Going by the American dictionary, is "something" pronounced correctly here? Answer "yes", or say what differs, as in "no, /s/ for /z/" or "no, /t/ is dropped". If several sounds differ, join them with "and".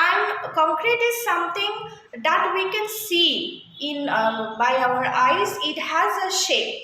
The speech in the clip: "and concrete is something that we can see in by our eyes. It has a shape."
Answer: no, /t/ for /θ/